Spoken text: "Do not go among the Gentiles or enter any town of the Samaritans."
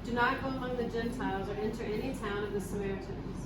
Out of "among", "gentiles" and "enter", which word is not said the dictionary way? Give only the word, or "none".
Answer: none